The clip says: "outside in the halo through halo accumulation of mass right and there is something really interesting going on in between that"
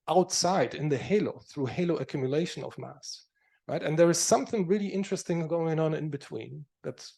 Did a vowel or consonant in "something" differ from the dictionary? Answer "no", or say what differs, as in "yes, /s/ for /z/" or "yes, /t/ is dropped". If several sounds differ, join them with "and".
no